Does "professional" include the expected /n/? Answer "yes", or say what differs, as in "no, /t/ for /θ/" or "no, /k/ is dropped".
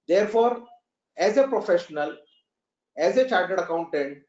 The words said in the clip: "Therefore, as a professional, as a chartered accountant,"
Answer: yes